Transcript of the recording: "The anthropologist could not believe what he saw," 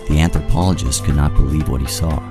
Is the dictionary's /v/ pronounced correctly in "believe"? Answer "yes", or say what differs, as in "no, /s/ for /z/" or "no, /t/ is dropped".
yes